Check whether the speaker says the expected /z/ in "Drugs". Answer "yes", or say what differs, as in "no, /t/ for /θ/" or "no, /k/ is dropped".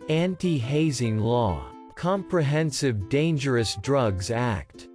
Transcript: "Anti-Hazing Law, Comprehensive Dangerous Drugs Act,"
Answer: yes